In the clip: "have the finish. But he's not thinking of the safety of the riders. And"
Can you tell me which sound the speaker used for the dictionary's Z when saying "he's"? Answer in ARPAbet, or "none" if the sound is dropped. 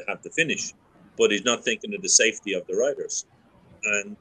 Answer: Z